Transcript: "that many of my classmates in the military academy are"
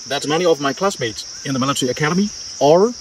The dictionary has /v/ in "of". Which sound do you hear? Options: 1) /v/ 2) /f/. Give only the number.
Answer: 1